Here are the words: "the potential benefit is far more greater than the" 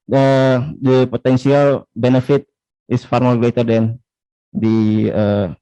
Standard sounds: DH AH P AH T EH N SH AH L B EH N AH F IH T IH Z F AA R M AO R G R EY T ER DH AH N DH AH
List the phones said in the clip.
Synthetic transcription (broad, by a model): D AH P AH T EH N S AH L B EH N AH F IH T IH S F AA R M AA L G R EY T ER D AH N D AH